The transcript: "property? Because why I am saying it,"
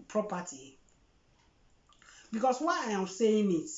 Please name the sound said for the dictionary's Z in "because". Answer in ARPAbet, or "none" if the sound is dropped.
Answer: S